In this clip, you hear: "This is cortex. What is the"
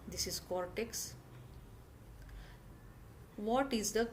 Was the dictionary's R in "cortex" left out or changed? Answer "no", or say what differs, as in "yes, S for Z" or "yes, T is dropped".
no